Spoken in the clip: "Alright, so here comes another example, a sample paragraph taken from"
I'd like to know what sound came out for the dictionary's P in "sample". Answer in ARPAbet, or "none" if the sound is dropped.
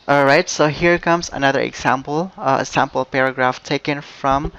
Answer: P